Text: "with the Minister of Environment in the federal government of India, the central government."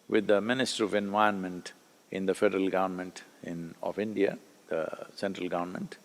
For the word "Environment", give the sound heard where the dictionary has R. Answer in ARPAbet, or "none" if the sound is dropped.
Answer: none